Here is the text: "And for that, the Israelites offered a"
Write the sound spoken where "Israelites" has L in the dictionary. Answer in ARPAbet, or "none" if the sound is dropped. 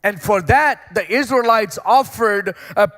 L